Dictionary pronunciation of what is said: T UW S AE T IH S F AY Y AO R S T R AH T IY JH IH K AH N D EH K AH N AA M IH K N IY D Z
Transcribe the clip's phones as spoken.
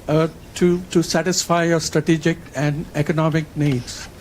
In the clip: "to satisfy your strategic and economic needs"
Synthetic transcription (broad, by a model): T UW S AE T IH S F AY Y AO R S T R AH T IY JH IH K AH N D EH K AH N AA M IH K N IY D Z